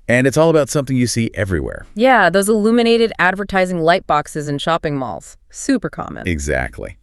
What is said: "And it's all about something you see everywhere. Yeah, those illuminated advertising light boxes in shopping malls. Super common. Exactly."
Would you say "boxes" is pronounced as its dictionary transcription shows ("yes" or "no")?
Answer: yes